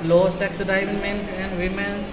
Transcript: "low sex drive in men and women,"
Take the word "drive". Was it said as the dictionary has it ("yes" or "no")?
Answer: no